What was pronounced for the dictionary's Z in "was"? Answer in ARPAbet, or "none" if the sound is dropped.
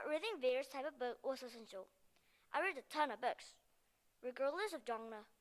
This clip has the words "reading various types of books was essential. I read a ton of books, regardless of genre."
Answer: S